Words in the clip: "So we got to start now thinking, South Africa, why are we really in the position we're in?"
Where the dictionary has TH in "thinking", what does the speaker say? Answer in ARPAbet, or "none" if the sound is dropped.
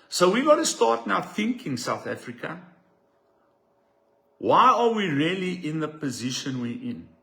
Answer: TH